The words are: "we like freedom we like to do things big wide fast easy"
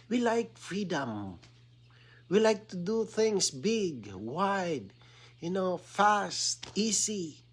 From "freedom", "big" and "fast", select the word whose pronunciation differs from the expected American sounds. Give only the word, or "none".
none